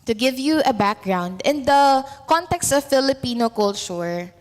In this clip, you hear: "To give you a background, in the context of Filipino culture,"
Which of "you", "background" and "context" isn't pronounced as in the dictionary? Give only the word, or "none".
none